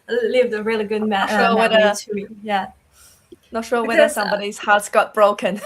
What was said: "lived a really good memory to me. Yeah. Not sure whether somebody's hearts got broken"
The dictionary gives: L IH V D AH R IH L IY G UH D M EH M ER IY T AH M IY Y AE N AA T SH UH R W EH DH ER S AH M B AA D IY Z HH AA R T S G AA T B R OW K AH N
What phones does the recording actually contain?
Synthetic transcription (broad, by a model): L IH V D AH R IH L IY G UH D M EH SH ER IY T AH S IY Y AE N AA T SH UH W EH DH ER S AH M B AA D IY Z HH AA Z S G AA T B R OW K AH N